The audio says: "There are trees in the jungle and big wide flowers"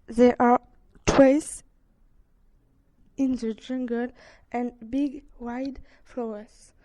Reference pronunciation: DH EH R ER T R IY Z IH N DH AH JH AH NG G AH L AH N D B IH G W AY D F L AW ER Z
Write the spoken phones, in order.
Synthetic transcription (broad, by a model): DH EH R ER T W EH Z IH N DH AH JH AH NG G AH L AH N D B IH G W AY D F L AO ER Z